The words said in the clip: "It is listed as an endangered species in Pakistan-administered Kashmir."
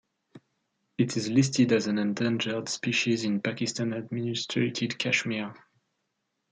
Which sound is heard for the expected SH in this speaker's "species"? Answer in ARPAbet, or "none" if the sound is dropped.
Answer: SH